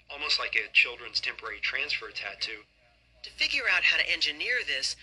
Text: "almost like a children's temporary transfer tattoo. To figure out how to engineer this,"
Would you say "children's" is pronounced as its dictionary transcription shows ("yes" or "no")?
yes